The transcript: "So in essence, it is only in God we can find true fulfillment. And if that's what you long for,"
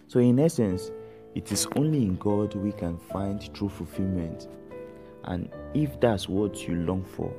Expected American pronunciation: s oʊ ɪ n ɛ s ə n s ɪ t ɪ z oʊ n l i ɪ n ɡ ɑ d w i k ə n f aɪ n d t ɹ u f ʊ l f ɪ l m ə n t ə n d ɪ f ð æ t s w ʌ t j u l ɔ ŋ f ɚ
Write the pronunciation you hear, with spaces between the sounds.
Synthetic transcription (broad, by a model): s oʊ ɪ n ɛ s ə n s ɪ t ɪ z oʊ n l i ɪ n ɡ ɑ d w i k ə n f aɪ n d t ɹ u f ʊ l f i l m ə n t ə n ɪ f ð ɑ t s w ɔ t j u l ɔ ŋ f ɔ